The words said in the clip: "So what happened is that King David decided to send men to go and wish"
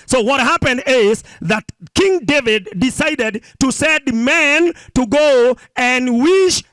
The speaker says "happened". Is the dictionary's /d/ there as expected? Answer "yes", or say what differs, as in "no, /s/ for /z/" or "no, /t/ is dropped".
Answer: yes